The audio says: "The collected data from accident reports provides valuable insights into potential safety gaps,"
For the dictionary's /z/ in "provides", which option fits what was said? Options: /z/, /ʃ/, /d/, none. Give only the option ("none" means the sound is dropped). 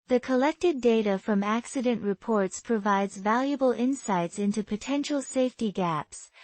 /z/